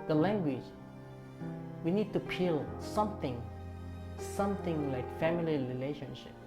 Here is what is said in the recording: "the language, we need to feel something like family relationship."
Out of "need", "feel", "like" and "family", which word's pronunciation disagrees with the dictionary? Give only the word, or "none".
feel